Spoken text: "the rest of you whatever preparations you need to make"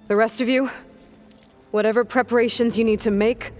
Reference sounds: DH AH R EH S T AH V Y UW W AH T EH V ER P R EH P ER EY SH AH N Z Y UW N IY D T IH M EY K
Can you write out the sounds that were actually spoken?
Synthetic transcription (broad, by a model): DH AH R EH S T AH V Y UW W AH T EH V ER P R EH P ER EY SH AH N Z Y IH N IY D T IH M EY K